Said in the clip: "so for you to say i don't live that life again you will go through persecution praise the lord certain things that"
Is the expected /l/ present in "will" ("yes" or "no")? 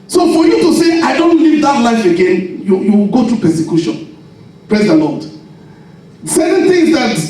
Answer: no